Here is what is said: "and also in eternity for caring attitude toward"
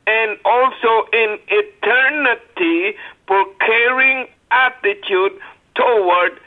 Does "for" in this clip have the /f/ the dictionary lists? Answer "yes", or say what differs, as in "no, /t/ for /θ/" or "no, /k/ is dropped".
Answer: no, /p/ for /f/